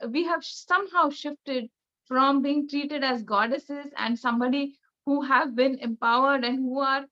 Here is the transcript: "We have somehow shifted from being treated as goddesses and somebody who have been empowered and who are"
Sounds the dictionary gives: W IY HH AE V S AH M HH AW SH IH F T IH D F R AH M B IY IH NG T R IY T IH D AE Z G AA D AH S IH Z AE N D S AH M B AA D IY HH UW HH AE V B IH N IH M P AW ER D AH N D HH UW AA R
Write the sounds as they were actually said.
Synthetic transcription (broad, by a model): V IY HH AE V S AH M HH AW SH IH F T IH D F R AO M B IY IH NG T R IY T IH D AE Z G AA D AH S IH Z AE N D S AH M B AA D IY HH UW HH AE V B IH N IH M P AW ER D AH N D HH UW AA R